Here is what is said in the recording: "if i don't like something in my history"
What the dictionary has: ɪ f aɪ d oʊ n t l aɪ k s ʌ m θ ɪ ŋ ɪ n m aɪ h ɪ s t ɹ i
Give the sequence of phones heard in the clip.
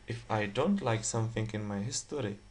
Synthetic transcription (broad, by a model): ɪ f aɪ d oʊ n t l aɪ k s ʌ m θ ɪ ŋ ɪ n m aɪ h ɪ s t ɹ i